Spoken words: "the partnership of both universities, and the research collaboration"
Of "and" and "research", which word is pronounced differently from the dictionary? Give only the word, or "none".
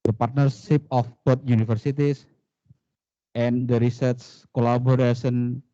research